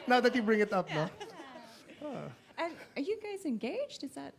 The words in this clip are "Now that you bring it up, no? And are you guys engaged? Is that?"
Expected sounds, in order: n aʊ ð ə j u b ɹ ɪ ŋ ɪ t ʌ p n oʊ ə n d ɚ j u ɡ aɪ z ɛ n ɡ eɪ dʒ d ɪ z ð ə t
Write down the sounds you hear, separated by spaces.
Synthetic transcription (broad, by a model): n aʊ ð ə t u b ɹ ɪ ŋ ɪ t ʌ p n oʊ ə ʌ ɚ j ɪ ɡ aɪ z ɛ n ɡ eɪ dʒ d ɪ z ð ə t